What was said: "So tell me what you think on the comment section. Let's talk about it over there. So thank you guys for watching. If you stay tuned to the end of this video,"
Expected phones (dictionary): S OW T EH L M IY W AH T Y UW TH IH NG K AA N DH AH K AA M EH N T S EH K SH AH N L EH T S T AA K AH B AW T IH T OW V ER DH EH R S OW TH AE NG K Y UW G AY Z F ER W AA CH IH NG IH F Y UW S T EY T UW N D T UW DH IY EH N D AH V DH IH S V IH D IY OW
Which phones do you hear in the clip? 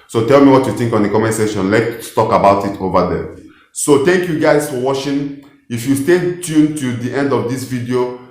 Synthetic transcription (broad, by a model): S OW T EH L M IY W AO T Y UW TH IH NG K AA N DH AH K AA M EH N S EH SH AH N L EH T T AA K AH B AW T IH T OW V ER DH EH S OW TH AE NG K Y UW G AY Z F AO W AA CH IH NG IH F Y UW S T EY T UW N T UW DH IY EH N D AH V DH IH S V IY D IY OW